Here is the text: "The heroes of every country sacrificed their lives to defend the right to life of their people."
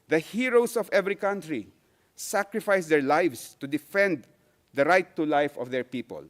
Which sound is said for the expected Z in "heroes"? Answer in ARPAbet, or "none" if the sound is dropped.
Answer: S